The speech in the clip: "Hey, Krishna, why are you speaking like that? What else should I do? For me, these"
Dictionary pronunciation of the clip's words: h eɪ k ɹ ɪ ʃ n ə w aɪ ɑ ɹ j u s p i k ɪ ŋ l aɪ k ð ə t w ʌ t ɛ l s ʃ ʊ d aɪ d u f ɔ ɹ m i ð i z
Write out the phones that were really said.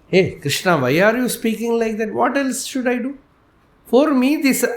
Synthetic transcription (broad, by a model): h eɪ k ɹ ɪ ʃ n ə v aɪ ɑ ɹ j u s p i k ɪ ŋ l aɪ k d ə t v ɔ t ɛ l s ʃ ʊ d aɪ d u f ɔ ɹ m i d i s